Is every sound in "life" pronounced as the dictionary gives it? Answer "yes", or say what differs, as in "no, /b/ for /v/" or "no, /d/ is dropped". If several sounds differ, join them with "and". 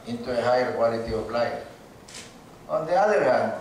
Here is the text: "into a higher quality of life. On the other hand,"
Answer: no, /f/ is dropped